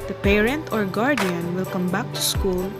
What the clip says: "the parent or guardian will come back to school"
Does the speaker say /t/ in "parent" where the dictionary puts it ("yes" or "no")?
yes